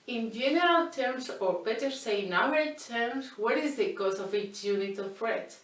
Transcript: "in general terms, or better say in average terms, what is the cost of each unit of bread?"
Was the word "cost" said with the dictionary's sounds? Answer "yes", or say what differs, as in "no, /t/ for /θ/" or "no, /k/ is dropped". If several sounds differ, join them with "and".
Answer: no, /t/ is dropped